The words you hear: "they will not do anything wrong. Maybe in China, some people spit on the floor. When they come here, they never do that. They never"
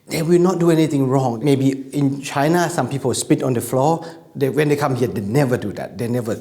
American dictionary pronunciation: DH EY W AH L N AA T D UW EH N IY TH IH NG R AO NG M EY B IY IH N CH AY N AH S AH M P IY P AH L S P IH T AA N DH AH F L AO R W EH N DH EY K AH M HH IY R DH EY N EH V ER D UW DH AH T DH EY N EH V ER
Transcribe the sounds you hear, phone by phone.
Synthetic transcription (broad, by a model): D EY W AH L N AA T D UW EH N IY T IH NG R AO NG M EY B IY IH N CH AY N AH S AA M P IY P AH L S P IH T AA N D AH F L AO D W EH N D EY K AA M HH IY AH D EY N EH V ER D UW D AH T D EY N EH V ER